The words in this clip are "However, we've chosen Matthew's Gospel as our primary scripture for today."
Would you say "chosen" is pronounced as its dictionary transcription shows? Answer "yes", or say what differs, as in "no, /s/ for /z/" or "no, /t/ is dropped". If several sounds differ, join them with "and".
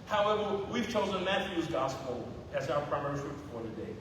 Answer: yes